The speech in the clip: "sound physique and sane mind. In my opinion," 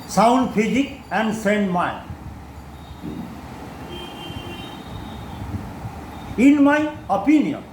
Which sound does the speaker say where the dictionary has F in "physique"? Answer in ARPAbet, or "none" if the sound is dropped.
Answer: P